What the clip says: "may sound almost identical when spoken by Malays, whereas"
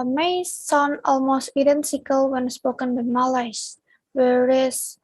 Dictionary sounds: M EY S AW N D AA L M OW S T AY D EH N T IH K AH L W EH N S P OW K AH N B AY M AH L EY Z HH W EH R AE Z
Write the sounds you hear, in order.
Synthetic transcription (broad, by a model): M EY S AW N AA L M OW S T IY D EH N S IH K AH L W EH N S P OW K AH N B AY M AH L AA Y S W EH R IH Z